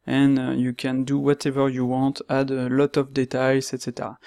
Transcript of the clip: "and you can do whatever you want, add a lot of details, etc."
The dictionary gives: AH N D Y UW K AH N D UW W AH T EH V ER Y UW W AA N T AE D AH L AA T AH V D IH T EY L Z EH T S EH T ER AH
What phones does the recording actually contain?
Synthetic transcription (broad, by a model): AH N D Y UW K AH N D UW W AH T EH V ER Y UW W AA T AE D AH L AA T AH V D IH T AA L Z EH T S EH T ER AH